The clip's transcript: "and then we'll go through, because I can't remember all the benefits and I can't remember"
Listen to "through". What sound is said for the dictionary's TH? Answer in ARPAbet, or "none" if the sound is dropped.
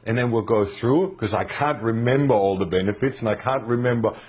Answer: TH